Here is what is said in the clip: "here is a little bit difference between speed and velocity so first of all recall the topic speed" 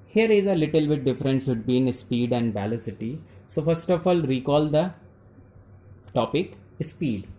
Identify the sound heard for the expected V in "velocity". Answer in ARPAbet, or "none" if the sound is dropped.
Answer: B